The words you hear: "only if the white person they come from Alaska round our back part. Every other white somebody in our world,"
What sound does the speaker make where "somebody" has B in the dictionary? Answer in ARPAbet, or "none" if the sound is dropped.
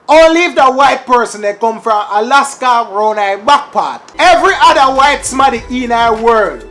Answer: none